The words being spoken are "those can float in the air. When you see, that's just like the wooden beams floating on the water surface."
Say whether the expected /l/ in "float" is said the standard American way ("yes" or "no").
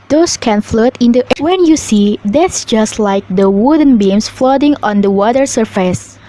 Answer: yes